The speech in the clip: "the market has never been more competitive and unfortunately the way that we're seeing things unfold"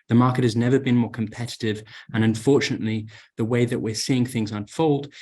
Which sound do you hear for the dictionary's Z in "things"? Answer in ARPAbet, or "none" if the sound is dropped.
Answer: Z